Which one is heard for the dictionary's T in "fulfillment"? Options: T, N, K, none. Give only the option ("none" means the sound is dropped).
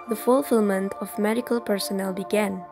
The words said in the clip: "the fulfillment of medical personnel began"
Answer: T